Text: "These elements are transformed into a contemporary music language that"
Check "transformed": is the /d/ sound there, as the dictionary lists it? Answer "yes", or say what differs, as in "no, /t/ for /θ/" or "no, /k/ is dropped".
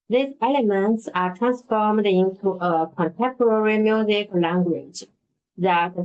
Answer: yes